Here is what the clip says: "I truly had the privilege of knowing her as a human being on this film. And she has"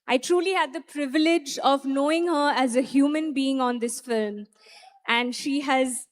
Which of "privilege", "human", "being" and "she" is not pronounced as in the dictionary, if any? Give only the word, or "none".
none